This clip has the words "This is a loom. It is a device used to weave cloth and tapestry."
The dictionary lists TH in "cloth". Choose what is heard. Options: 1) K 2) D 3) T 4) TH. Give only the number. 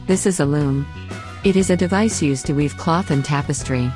4